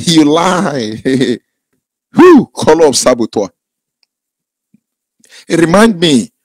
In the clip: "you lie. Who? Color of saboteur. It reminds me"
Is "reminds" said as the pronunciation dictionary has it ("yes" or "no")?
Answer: no